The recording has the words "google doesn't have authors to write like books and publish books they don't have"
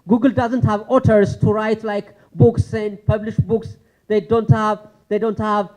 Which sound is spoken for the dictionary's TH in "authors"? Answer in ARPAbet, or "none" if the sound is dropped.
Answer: T